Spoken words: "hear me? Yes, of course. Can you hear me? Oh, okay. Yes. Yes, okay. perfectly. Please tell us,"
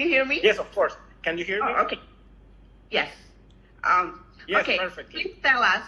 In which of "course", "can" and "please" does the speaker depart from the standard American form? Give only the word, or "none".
please